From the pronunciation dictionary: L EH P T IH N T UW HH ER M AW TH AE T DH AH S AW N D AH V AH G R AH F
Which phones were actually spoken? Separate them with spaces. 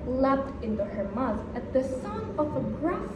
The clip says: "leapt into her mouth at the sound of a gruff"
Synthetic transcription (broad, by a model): L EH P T IH N T UW HH ER M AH T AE T DH AH S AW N AH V AH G R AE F